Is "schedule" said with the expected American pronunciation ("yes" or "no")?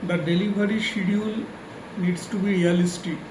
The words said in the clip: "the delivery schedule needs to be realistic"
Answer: no